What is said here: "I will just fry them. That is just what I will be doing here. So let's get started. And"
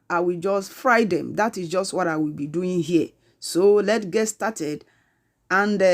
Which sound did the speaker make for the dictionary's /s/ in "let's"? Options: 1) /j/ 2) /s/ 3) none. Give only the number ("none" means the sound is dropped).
3